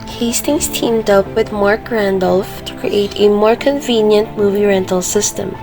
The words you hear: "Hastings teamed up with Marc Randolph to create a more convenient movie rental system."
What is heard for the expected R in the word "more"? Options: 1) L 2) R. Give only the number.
2